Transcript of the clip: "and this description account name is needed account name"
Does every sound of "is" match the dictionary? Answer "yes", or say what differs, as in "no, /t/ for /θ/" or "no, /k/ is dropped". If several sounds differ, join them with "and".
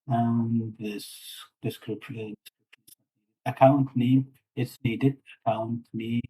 no, /s/ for /z/